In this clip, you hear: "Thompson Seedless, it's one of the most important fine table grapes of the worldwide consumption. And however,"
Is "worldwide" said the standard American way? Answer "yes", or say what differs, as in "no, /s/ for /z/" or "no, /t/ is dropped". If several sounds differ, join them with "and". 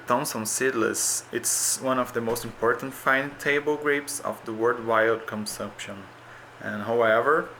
no, /l/ is dropped